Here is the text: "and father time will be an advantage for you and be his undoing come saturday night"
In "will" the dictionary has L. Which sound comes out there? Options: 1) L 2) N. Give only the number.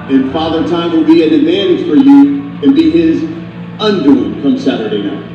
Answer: 2